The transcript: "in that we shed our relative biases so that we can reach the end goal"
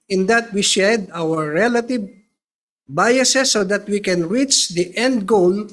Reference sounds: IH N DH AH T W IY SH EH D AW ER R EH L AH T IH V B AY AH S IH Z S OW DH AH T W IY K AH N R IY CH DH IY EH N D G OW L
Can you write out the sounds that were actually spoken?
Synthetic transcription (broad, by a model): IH N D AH T W IY SH EH D AW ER R EH L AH T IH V B AY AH S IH S OW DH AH T W IY K AH N R IY CH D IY EH N D G OW L